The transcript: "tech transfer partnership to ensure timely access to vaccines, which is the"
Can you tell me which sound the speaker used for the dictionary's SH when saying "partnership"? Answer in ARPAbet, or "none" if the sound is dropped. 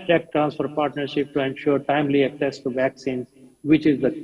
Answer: SH